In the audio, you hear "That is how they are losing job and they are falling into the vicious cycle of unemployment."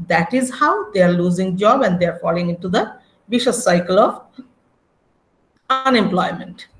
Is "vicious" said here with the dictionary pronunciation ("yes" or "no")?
no